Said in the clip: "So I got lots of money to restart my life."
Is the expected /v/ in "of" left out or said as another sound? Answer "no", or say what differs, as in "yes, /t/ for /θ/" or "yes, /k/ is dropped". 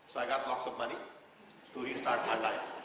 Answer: yes, /b/ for /v/